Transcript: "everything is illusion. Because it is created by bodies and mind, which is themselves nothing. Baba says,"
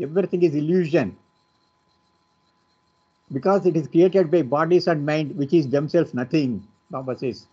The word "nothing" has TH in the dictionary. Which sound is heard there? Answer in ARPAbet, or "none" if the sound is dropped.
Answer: T